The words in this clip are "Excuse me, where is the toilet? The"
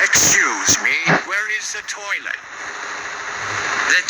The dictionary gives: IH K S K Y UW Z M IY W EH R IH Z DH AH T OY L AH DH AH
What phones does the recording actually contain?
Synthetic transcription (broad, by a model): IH K S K Y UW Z M IY W EH R IH Z DH AH T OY N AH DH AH